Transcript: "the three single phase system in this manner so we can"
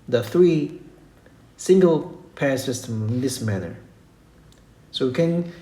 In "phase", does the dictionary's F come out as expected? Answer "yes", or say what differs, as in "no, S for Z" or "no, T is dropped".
no, P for F